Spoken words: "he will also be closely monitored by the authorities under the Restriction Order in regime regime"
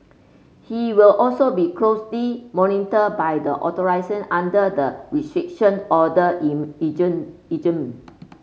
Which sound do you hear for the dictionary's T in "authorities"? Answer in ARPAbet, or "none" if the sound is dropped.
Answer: S